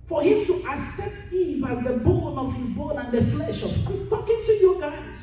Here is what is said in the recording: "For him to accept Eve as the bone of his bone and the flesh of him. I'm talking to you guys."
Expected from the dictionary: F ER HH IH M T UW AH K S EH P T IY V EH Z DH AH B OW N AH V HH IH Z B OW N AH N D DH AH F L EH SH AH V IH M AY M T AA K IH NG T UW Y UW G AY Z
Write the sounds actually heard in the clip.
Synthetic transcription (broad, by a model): F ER HH IH M T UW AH S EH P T IY V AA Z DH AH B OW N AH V HH IH Z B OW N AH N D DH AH F L EH SH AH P T AA K IH NG T UW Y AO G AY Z